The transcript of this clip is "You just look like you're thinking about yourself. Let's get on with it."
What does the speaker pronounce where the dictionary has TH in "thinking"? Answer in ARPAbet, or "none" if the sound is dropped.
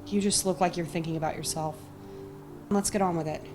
TH